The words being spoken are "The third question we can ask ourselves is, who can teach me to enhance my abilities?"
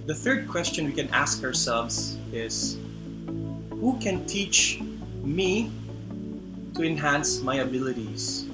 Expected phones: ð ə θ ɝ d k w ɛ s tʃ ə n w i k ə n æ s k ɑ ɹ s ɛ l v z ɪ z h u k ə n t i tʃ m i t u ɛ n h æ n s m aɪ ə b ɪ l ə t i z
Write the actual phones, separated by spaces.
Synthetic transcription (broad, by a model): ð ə θ ɝ d k w ɛ s tʃ ə n w i k ə n æ s k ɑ ɹ s ɛ l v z ɪ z h u k ə n t i tʃ m i t u ɛ n h æ n s m aɪ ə b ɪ l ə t i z